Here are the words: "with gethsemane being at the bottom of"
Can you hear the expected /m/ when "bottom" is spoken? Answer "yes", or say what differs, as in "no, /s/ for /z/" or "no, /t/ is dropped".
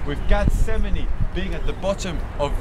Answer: yes